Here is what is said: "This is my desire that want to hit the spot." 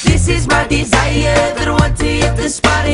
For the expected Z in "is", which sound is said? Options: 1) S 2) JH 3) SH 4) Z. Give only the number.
4